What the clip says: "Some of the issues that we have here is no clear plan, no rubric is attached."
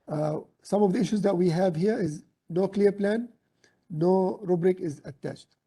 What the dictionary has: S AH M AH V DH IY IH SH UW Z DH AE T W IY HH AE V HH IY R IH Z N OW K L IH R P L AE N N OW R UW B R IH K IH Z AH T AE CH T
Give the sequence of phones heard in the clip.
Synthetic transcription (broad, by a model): S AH M AH V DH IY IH SH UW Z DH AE T W IY HH AE V HH IY R IH Z N OW K L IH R P L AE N N OW R UW B R IH K IH Z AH T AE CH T